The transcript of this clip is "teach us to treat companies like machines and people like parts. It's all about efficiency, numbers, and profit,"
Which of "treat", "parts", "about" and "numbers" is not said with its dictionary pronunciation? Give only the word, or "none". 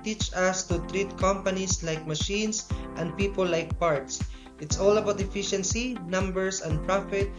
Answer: numbers